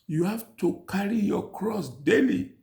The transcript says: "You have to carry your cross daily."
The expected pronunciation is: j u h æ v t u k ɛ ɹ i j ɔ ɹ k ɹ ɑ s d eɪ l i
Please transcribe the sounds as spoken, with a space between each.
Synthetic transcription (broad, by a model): j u h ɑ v t u k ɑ ɹ i j ɔ k ɹ ɑ s d eɪ l i